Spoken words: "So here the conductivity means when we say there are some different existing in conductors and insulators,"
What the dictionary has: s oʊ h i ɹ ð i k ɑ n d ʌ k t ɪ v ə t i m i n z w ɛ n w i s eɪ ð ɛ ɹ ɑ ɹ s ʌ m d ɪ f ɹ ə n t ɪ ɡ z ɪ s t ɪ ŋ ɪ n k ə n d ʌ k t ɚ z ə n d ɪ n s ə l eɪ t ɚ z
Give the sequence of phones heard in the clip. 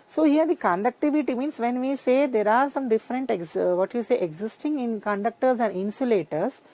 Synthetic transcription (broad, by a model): s oʊ h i ɹ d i k ɑ n d ʌ k t ɪ v ə t i m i n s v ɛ n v i s eɪ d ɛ ɹ ɑ ɹ s ʌ m d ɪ f ɹ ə n t ɪ ɡ z ɪ s t ɪ ŋ ɪ n k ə n d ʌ k t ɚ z ə n d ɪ n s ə l eɪ t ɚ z